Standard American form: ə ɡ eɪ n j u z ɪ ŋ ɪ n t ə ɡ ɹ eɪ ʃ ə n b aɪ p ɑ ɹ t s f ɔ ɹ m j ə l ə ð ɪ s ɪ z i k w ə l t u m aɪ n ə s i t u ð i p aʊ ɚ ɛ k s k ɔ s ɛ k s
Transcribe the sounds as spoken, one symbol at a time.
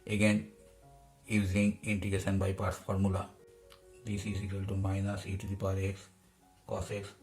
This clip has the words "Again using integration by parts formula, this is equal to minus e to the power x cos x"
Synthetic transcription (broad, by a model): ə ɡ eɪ n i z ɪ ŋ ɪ n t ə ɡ eɪ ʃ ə n b aɪ p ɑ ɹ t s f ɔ ɹ m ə l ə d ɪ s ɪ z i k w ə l t u m aɪ n ə s i t u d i p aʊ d ɛ k s k ɔ s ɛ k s